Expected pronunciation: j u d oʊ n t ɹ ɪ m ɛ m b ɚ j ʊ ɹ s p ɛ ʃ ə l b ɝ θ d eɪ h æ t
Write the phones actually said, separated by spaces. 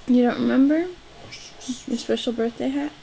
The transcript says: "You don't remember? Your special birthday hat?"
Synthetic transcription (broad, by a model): j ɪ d oʊ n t ɹ ɪ m ɛ m b ɚ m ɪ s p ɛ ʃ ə l b ɝ θ d eɪ h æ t